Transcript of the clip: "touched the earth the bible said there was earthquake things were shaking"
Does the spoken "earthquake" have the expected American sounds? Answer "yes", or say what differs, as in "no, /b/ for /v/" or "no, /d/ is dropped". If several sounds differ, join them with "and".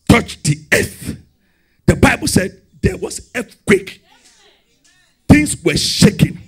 no, /f/ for /θ/